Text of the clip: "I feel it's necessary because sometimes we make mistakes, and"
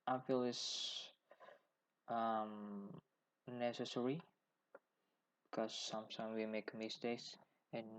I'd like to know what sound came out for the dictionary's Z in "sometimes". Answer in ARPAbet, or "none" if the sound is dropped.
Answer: none